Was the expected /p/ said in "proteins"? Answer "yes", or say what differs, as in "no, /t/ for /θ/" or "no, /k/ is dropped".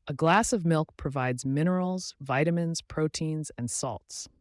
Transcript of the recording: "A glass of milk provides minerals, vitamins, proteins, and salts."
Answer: yes